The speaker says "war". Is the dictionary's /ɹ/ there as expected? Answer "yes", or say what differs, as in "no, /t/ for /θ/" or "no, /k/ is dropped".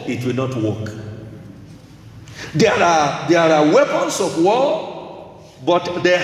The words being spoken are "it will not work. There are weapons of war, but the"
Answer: no, /l/ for /ɹ/